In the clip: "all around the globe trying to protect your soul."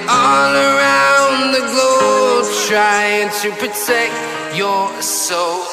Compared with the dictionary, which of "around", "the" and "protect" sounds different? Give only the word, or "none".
none